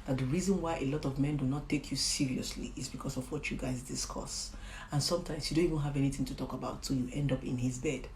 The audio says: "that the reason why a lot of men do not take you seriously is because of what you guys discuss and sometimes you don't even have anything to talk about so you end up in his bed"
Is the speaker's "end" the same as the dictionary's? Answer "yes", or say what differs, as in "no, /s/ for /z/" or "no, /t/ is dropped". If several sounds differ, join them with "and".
yes